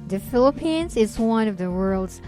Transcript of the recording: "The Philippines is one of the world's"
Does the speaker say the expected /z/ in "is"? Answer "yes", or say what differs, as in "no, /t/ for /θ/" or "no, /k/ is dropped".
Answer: yes